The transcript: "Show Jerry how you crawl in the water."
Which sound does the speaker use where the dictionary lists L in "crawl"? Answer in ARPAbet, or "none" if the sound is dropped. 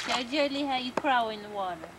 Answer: W